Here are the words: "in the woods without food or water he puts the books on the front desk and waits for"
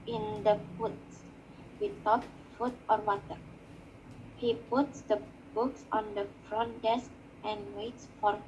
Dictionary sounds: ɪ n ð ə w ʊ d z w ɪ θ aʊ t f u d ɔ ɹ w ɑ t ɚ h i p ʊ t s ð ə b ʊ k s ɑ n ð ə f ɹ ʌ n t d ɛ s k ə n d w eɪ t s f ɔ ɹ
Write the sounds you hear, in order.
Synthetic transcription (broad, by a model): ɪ n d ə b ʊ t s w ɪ t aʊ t f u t ɔ ɹ w ɑ t ɚ h i p ʊ t s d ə b ʊ k s ɑ n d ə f ɹ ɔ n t d ɛ s k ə n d w eɪ t s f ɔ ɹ